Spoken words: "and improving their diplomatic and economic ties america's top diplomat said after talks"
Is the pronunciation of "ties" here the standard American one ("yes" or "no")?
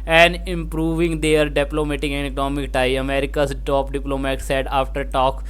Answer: no